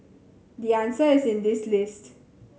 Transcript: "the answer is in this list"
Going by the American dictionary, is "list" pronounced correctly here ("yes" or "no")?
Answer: yes